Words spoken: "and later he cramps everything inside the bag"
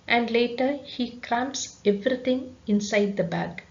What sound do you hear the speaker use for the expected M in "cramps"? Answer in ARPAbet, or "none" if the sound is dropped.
M